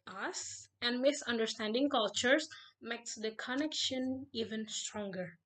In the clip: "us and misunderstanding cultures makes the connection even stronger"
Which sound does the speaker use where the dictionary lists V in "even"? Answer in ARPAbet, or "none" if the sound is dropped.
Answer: V